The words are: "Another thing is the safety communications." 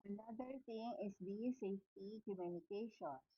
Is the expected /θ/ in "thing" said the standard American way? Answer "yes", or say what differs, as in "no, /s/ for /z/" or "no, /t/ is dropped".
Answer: no, /t/ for /θ/